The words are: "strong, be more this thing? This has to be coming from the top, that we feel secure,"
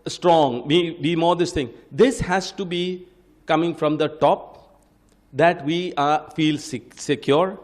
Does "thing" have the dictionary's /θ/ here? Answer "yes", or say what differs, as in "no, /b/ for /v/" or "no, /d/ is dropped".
no, /t/ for /θ/